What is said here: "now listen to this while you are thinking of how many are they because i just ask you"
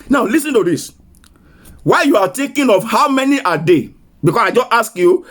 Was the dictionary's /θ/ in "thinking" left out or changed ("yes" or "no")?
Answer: yes